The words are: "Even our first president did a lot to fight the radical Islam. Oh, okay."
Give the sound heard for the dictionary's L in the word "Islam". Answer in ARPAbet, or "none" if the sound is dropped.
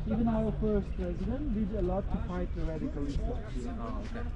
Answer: none